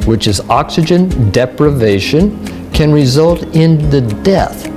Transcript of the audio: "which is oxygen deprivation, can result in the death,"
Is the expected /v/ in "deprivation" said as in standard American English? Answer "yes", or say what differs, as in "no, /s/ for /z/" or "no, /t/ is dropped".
yes